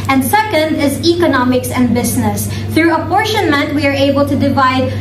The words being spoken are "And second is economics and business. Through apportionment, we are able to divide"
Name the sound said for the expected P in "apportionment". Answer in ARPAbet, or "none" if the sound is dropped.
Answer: P